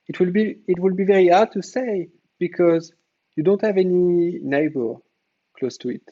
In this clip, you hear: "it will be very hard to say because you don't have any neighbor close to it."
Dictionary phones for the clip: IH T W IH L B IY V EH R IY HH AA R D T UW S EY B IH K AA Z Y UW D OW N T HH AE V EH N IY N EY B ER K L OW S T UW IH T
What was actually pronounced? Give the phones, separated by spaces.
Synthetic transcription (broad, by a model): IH T W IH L B IY V EH R IY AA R D T UW S EY B IH K AA Z Y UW D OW N T HH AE V EH N IY N EY B ER K L OW S T UW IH T